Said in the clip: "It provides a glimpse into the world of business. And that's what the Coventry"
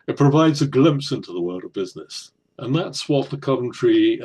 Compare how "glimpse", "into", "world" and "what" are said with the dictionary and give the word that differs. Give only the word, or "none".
none